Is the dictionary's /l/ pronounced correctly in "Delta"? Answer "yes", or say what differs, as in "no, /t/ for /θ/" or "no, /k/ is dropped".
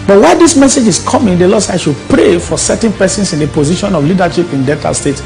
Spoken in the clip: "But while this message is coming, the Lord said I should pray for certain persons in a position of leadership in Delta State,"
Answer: no, /l/ is dropped